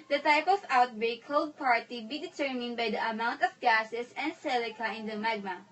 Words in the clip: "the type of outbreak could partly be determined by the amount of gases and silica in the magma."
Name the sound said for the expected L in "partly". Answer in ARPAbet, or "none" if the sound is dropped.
none